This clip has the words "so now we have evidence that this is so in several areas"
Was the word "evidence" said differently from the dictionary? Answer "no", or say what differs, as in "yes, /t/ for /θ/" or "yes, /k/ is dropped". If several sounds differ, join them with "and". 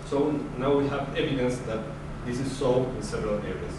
no